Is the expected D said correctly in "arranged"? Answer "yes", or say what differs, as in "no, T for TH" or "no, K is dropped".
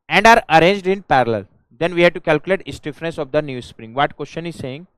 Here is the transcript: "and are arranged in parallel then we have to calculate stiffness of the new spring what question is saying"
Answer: yes